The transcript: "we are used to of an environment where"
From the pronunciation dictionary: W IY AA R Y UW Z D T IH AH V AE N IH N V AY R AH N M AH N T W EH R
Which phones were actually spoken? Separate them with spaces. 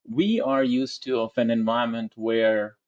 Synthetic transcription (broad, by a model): W IY AA R Y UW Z T IH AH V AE N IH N V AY AH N M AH N T W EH R